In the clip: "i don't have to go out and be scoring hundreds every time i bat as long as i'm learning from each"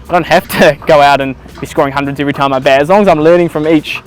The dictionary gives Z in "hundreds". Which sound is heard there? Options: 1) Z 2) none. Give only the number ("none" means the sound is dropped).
1